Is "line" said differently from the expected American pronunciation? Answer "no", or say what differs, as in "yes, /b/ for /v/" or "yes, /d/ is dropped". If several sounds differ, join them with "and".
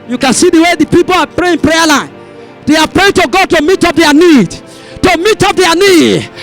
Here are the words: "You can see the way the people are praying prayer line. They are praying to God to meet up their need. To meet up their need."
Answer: no